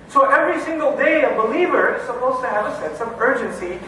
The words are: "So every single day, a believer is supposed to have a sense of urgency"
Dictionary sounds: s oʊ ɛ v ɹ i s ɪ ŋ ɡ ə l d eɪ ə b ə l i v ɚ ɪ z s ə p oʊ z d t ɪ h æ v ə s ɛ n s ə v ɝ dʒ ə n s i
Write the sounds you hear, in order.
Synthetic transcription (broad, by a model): s oʊ ɛ v ɹ i s ɪ ŋ ɡ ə l d eɪ ə b ə l i v ɚ ɪ z s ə p oʊ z t ɪ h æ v ə s ɛ n s ə v ɝ dʒ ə n s i